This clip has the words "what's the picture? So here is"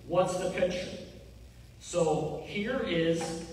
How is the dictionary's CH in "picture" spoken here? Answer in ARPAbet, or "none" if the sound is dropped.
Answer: SH